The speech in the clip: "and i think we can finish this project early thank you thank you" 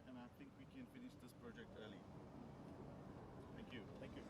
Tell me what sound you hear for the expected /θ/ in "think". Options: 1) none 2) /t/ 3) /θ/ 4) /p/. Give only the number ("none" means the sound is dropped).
2